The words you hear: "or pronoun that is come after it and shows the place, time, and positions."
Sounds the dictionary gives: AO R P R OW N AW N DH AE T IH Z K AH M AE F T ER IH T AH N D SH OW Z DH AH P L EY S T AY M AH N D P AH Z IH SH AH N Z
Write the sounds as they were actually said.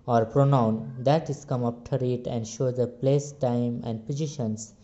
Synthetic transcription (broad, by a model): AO R P R OW N AW N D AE T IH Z K AH M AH P T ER IH T AH N D SH OW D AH P L EY S T AY M AH N D P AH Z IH SH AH N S